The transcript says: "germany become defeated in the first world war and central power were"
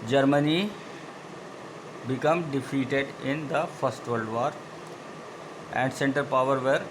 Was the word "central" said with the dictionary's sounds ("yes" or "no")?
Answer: no